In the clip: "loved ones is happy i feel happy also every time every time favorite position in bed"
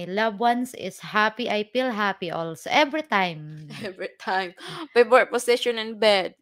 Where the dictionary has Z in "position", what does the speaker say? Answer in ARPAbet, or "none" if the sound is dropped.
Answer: S